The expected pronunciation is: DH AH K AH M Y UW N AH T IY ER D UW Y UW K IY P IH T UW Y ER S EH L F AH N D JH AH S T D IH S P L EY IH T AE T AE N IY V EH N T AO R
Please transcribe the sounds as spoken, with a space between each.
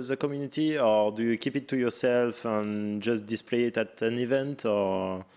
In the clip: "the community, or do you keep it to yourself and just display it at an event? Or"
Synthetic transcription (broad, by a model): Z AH K AH M Y UW N AH T IY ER D UW Y UW K IY P IH T UW Y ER S EH L F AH N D JH AH S T D IH S P L EY IH T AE T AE N IY V EH N T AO R